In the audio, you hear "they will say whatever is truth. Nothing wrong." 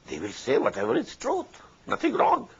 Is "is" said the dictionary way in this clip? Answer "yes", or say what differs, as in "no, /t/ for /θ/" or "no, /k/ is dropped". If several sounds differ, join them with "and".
no, /s/ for /z/